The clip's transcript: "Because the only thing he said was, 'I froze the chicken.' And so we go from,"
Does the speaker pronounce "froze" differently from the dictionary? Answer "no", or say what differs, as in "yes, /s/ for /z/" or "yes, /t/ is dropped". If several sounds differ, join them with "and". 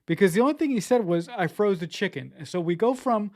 no